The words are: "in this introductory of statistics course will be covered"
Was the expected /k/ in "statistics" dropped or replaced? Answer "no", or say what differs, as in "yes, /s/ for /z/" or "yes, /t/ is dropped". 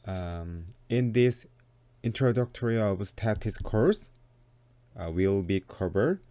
yes, /k/ is dropped